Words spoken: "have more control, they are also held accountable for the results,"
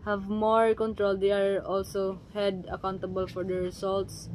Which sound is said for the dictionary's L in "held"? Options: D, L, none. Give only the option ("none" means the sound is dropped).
none